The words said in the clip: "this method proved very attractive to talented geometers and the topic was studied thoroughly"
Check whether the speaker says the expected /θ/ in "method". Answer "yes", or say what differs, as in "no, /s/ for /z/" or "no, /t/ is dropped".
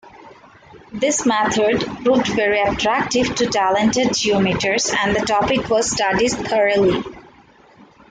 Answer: no, /t/ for /θ/